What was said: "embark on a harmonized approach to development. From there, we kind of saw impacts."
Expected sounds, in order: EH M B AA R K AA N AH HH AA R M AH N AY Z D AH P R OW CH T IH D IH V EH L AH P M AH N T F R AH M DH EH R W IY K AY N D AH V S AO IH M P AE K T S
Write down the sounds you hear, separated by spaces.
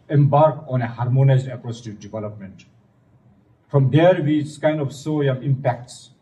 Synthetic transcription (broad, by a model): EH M B AA R K AA N AH HH AA R M AH N AY Z D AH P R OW S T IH D IH V EH L AH P M AH N T F R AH M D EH R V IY K AY N D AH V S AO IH M P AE K T S